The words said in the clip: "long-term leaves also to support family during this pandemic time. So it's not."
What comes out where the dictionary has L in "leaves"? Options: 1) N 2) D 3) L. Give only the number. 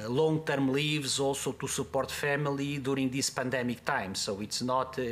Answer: 3